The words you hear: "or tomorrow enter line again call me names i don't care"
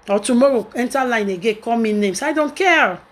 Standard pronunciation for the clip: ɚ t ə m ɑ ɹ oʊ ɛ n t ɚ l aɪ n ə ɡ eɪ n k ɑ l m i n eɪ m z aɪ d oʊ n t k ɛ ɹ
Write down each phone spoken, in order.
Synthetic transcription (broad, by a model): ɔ t ə m ɑ ɹ oʊ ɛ n t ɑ l aɪ n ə ɡ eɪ k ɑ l m i n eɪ m s aɪ d oʊ n t k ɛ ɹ